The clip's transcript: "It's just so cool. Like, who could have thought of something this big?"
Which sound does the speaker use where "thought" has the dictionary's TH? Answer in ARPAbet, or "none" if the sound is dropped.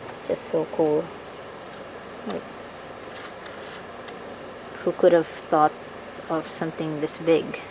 TH